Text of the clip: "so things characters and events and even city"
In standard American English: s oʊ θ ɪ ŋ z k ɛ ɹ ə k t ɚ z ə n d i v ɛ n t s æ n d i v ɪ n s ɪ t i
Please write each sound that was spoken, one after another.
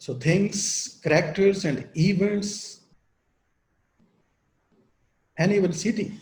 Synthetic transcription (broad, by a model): s oʊ t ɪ ŋ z k ɹ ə k t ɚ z ə n d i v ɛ n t s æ n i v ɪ l s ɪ t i